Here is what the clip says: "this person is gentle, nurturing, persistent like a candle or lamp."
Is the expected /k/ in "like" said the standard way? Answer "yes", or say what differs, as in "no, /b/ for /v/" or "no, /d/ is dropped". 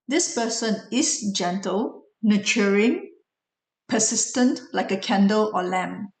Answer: yes